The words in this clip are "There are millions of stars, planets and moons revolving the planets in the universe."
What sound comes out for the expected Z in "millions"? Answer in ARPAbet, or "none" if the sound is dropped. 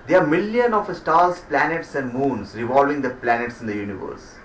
none